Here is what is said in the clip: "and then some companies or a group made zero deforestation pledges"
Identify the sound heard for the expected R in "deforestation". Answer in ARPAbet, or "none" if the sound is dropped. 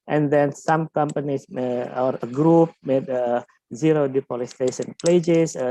L